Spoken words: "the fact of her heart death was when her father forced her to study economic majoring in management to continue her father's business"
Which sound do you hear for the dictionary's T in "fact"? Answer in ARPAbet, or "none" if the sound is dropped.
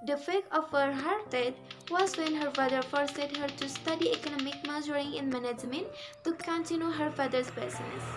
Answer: none